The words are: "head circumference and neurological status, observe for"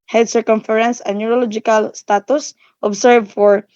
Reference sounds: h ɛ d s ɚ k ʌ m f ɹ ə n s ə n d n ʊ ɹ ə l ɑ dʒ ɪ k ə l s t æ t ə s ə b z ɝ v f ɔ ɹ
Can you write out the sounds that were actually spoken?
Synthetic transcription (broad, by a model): h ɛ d s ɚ k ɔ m f ɹ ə n s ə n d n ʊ ɹ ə l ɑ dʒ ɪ k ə l s t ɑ t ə s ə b s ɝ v f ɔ ɹ